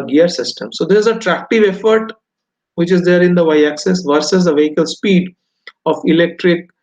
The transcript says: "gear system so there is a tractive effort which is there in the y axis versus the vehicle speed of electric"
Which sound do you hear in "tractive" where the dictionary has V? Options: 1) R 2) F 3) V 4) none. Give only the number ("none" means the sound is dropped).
3